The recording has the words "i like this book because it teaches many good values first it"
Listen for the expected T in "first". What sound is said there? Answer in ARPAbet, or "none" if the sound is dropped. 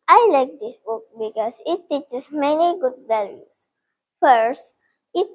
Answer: T